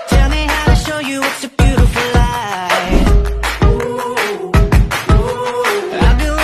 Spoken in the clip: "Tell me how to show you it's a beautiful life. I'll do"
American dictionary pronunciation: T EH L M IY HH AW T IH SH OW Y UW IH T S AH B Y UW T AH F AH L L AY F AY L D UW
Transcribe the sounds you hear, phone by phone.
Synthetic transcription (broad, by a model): T EH L M IY HH AW T IH SH OW Y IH IH T S AH B Y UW T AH F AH L L AY AY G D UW